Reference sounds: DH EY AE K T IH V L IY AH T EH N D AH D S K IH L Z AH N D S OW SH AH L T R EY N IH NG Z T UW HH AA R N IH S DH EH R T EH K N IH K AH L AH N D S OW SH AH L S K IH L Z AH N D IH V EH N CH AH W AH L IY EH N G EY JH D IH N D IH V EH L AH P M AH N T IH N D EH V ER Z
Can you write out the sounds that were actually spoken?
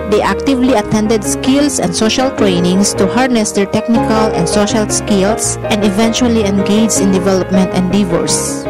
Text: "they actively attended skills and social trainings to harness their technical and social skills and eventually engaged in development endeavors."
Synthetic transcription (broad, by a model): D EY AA K T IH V L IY AH T EH N D AH D S K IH L S AH N D S OW SH AH L T R EY N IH NG S T UW HH AA R N IH S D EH R T EH K N IH K AH L AH N D S OW SH AH L S K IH L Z AH N D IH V EH N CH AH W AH L IY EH N G EY JH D IH N D IH V EH L AH P M AH N T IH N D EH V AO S